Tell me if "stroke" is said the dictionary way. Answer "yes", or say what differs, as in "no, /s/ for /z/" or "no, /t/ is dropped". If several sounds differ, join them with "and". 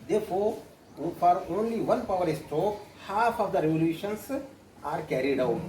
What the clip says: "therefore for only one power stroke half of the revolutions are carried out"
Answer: no, /ɹ/ is dropped